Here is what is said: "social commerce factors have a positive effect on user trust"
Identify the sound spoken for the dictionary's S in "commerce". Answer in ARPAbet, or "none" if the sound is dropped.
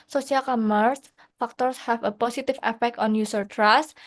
S